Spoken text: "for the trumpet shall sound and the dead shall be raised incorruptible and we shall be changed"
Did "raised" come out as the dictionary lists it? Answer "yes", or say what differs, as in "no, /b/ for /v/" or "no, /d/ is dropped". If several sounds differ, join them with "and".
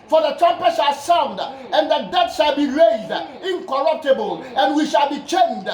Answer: yes